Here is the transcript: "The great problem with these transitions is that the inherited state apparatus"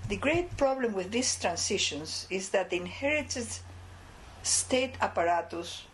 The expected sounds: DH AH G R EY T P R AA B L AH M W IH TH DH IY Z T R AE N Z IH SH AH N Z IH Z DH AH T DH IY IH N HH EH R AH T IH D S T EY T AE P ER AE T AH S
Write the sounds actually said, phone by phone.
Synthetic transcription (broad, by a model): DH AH G R EY T P R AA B L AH M W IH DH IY S T R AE N S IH SH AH N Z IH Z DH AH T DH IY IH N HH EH R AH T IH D S T EY T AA P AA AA T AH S